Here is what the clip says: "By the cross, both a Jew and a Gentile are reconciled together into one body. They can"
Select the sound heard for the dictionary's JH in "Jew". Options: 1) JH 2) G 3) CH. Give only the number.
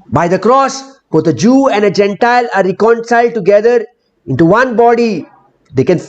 1